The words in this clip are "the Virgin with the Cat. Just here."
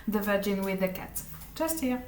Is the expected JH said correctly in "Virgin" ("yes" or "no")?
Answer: yes